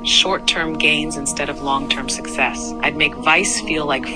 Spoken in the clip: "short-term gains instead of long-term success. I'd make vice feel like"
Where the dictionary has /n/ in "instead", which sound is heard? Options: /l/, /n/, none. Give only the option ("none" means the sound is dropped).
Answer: /n/